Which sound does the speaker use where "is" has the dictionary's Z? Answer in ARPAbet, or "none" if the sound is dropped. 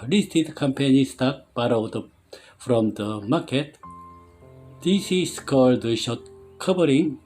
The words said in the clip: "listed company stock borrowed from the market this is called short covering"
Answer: S